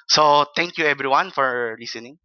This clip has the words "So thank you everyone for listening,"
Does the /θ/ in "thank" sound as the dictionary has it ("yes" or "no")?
no